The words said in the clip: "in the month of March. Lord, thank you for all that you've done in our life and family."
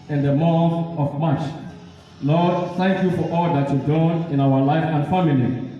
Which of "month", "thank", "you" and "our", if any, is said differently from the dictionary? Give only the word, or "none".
month